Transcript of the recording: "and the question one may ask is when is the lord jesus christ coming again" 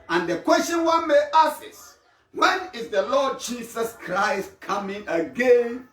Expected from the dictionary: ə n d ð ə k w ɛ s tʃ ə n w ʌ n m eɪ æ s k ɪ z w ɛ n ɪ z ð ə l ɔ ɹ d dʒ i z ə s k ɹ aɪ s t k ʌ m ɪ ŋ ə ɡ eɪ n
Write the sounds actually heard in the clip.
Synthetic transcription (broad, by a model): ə n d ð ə k w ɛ s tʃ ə n w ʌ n m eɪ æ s ɪ s w ɛ n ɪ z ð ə l ɔ d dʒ i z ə s k ɹ aɪ s t k ʌ m ɪ ŋ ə ɡ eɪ n